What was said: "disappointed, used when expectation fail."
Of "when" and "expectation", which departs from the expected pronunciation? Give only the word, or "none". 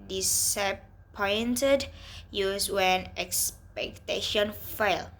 none